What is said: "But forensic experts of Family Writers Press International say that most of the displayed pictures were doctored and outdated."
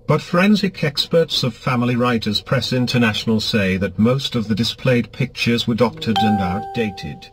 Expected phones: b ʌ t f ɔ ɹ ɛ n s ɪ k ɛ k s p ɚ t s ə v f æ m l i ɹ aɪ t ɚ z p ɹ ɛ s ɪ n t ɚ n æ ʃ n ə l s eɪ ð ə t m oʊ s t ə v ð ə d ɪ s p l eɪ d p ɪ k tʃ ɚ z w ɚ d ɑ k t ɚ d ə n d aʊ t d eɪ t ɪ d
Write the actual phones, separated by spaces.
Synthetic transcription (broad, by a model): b ʌ t f ɹ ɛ n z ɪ k ɛ k s p ɚ t s ə v f æ m l i ɹ aɪ t ɚ z p ɹ ɛ s ɪ n t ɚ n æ ʃ n l s eɪ ð ə t m oʊ s t ə v ð ə d ɪ s p l eɪ d p ɪ k tʃ ɚ z w ɚ d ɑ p t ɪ d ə n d aʊ t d eɪ t ɪ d